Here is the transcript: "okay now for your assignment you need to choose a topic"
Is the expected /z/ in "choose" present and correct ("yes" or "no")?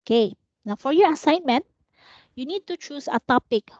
no